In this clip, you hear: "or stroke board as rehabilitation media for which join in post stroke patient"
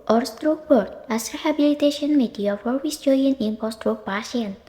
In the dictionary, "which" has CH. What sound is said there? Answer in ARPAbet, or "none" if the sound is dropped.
S